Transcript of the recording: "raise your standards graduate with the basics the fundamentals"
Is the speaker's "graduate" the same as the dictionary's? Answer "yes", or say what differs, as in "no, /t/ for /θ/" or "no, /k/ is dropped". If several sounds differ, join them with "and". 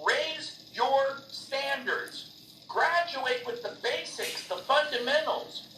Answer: yes